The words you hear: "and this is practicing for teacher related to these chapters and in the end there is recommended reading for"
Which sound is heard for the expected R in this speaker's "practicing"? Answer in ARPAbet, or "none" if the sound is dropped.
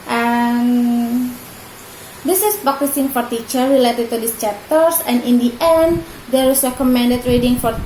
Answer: none